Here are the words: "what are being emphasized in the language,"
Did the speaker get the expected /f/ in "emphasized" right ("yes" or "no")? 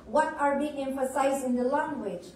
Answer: yes